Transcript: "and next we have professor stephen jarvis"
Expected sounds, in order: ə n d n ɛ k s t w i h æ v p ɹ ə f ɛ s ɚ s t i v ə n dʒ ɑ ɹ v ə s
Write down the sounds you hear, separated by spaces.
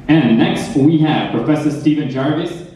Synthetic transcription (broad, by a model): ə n n ɛ k s t w i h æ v p ɹ ə f ɛ s ɚ s t i v ə n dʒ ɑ ɹ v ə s